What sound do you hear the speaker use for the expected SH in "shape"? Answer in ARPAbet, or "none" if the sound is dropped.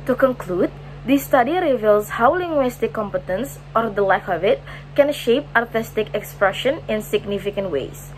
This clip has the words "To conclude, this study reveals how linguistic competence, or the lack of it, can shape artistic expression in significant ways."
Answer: SH